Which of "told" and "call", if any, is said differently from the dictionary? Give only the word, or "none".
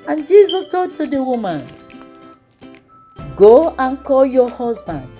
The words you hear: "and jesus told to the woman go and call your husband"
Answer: told